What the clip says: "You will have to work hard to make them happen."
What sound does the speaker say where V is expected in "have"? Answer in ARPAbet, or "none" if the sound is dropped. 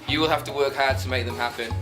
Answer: F